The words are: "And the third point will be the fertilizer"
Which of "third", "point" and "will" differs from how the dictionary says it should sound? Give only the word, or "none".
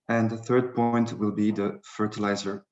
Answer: none